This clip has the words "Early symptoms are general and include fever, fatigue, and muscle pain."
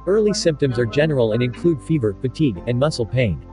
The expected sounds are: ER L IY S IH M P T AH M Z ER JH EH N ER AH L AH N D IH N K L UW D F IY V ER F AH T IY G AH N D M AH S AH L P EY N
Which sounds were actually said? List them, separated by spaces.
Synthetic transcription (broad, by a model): ER L IY S IH M P T AH M Z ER JH EH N ER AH L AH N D IH N K L UW D F IY V ER F AH T IY G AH N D M AH S L P EY N